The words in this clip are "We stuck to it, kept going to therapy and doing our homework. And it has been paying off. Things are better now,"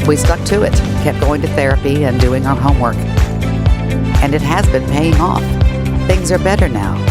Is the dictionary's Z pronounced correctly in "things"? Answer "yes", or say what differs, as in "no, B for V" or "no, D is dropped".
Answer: yes